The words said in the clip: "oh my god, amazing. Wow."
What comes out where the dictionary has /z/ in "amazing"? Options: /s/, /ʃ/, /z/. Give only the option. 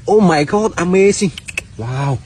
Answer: /s/